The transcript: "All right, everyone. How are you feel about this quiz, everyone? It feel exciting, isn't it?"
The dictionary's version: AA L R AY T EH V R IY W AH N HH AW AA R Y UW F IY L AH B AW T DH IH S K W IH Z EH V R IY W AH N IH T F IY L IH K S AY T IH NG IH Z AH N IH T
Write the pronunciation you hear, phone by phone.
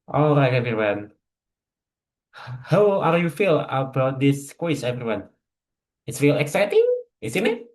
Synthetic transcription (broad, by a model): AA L R AY T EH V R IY W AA N HH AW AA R Y UW F IY L AH B AW T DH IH S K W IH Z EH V R IY W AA N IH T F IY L IH K S AY T IH NG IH S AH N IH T